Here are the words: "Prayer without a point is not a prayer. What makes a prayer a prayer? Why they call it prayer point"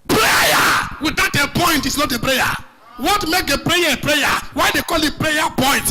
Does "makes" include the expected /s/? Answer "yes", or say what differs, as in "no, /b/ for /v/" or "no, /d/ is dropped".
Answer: no, /s/ is dropped